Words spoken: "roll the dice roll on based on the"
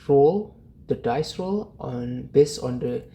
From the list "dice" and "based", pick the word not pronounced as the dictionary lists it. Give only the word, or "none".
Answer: based